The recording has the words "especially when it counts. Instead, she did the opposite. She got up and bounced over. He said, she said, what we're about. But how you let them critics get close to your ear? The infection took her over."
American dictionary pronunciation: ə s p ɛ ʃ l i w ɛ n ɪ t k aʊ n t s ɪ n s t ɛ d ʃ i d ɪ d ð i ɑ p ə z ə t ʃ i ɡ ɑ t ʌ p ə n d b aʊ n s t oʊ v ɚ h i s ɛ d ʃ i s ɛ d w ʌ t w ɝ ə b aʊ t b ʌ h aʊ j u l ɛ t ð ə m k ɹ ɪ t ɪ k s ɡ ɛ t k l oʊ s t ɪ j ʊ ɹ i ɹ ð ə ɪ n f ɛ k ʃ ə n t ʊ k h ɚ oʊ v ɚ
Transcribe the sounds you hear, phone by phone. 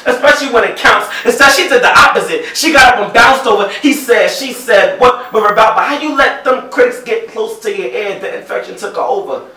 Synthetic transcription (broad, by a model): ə s p ɛ ʃ l i w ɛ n ɪ t k aʊ n t s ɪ s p ɛ ʃ i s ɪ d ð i ɑ p ə z ə t ʃ i ɡ ɑ t ʌ p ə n b aʊ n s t oʊ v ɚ h i s ɛ d ʃ i s ɛ d w ʌ t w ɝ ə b aʊ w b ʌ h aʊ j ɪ l ɛ t ð ə m k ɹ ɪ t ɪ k s ɡ ɛ t k l oʊ s t ɪ j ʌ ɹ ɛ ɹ ð ə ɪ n f ɛ k ʃ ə n t ʊ k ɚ oʊ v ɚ